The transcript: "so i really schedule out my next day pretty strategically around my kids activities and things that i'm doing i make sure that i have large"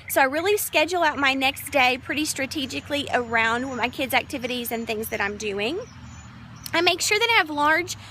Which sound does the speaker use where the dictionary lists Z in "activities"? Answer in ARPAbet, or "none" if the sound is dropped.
Z